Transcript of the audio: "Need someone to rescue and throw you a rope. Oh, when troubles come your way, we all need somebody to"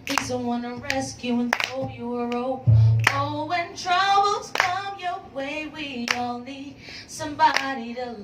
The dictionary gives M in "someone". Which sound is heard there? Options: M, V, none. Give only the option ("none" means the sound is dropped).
none